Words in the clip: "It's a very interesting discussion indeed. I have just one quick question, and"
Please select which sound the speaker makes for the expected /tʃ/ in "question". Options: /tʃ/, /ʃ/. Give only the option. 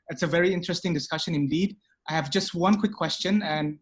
/tʃ/